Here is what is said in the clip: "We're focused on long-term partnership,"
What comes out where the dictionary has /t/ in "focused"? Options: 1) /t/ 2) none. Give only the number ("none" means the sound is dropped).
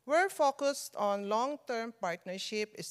1